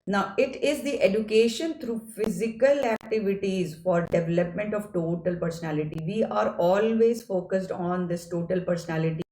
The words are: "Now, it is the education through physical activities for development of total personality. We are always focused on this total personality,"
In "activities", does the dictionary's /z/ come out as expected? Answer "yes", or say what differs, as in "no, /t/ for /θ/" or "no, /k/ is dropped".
yes